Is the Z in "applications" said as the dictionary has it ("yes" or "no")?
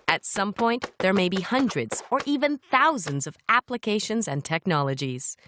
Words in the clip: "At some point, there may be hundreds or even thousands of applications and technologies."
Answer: yes